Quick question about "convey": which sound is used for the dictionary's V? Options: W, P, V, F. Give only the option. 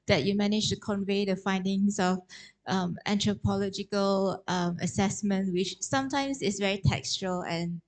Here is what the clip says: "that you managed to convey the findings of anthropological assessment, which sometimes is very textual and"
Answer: V